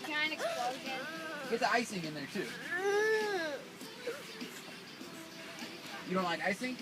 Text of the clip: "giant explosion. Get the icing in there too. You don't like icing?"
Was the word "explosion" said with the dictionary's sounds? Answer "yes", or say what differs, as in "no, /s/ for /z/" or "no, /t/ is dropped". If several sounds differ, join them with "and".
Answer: no, /z/ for /ʒ/